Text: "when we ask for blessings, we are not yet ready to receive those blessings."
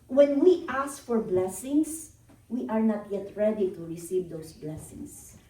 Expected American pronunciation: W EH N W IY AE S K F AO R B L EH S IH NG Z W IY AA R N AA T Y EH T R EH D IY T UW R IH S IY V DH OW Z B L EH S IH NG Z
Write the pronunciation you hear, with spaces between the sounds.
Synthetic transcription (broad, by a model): W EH N W IY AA S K F AO R B L EH S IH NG S W IY AA R N AA T Y EH T R EH D IY T UW R IH S IY V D OW S B L EH S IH NG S